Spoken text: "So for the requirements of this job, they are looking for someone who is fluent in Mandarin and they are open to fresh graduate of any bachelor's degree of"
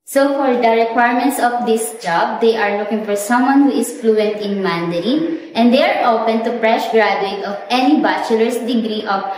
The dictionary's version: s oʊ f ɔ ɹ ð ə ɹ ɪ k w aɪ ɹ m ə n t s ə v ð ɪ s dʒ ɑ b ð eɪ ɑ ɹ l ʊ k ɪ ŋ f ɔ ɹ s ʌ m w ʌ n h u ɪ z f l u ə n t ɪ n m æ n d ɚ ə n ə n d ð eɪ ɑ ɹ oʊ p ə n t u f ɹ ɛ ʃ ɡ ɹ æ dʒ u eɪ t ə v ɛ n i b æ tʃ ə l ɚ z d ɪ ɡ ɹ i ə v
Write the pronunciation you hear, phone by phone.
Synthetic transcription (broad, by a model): s oʊ f ɔ ɹ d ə ɹ ɪ k w aɪ ɹ m ə n t s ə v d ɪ s dʒ ɑ b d eɪ ɑ ɹ l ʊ k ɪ ŋ f ɔ ɹ s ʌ m w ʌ n h u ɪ s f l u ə n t ɪ n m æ n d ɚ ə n ə n d eɪ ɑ ɹ oʊ p ə n t u p ɹ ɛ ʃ ɡ ɹ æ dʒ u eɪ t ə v ɛ n i b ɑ tʃ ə l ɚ s d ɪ ɡ ɹ i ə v